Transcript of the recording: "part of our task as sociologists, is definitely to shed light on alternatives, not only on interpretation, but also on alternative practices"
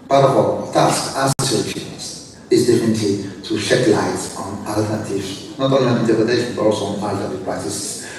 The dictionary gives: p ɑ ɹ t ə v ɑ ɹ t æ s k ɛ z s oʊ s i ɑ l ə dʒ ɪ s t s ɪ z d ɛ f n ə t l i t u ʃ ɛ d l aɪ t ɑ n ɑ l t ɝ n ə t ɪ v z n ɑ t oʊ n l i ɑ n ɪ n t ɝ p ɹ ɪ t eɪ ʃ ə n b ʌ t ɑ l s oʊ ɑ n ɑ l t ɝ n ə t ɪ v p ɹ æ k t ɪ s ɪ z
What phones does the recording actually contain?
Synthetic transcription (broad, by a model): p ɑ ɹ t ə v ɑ l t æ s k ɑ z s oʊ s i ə tʃ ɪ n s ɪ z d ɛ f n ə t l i t u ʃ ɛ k l aɪ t ɑ n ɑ l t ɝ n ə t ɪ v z n ɑ t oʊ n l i ɑ n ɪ n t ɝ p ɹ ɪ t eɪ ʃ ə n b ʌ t ɑ l s oʊ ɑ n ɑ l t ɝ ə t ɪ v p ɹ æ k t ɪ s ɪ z